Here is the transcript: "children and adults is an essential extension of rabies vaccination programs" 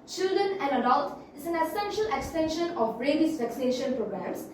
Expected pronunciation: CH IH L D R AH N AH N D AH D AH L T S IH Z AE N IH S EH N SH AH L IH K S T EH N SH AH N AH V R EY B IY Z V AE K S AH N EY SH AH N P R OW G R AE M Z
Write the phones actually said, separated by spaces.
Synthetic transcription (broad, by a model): CH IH L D R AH N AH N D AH D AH L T IH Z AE N IH S EH N SH AH L IH K S T EH N SH AH N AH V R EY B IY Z V AE K S AH N EY SH AH N P R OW G R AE M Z